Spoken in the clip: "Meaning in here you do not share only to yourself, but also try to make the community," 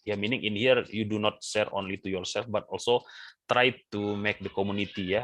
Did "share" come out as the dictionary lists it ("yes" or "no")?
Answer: no